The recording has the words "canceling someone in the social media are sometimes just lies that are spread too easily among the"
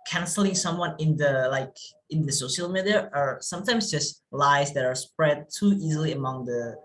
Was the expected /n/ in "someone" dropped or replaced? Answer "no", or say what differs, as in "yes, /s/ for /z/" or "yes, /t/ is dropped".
yes, /l/ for /n/